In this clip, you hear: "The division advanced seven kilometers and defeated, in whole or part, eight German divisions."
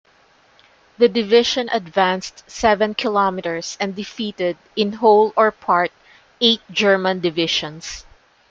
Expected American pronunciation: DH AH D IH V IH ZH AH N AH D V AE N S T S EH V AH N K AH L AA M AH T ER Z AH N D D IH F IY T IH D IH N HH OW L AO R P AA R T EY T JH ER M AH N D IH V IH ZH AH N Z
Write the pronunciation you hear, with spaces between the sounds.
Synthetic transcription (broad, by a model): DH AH D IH V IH SH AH N AH D V AE N S T S EH V AH N K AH L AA M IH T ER S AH N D D IH F IY T IH D IH N HH OW L AO R P AA R T EY T JH ER M AH N D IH V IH SH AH N S